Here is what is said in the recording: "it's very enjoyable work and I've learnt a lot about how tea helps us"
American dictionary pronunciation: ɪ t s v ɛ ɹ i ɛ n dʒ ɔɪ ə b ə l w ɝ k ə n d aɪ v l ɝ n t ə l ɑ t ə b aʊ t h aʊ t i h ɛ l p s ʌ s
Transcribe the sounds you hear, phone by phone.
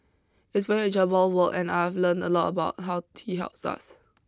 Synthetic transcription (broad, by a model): ɪ t s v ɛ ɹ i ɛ dʒ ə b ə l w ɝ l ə n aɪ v l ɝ n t ə l ɑ t ə b aʊ t h aʊ t i h ɛ l p s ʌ s